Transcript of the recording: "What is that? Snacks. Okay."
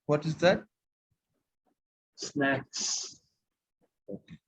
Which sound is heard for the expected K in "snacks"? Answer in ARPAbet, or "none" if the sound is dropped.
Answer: K